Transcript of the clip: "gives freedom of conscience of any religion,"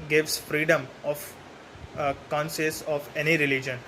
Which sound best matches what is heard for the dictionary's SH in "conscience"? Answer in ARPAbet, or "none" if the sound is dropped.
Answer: S